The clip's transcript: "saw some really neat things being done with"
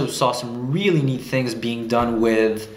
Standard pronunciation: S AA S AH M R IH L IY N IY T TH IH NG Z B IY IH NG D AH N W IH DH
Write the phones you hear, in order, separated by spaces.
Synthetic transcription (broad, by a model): S AA S AH M R IH L IY N IY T TH IH NG Z B IY IH NG D AH N W IH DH